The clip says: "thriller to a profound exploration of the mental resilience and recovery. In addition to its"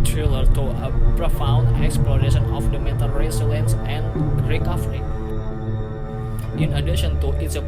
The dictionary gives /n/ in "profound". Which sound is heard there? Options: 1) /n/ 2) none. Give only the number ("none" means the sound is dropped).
1